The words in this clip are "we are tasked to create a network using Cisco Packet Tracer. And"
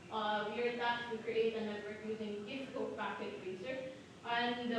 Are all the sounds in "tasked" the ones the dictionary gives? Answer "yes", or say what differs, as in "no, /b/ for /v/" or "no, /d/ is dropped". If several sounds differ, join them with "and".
no, /s/ is dropped